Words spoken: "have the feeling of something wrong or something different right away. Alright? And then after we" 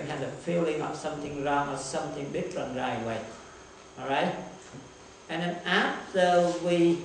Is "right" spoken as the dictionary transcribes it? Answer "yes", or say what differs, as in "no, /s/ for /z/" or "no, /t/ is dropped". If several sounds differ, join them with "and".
no, /t/ is dropped